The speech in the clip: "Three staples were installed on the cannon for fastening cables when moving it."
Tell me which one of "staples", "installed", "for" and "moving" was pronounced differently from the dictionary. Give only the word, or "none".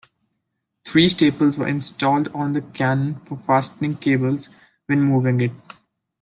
none